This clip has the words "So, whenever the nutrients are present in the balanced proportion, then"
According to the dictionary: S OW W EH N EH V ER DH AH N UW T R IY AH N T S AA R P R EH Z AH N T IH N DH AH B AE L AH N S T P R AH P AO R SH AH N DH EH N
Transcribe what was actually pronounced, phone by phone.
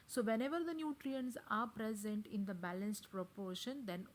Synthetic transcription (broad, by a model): S OW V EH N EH V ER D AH N UW T R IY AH N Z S AA R P R EH Z AH N T IH N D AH B AE L AH N S T P R AH P AO R SH AH N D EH N